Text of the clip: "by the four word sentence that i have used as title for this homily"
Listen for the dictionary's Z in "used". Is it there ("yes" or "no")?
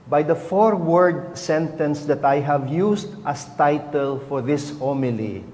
no